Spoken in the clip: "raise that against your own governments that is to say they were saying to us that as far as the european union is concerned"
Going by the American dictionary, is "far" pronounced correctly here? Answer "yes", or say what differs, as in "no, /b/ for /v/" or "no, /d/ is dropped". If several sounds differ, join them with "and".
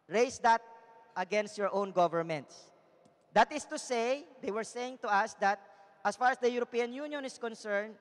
yes